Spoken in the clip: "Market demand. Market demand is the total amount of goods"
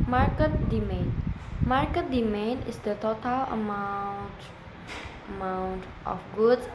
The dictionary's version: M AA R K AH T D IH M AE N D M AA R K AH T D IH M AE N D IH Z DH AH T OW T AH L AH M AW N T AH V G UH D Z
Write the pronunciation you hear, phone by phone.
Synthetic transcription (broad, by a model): M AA R K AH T D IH M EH N M AA R K AH T D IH M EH N IH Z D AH T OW T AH L AH M AW N T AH F G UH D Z